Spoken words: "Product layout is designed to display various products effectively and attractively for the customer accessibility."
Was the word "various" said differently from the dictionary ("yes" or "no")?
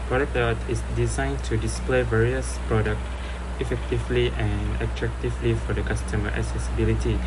no